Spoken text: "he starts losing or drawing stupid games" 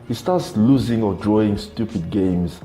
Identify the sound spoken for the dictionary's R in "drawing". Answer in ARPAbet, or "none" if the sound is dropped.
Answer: R